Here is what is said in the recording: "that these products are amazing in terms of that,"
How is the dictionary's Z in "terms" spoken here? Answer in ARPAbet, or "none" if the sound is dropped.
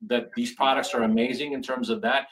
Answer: Z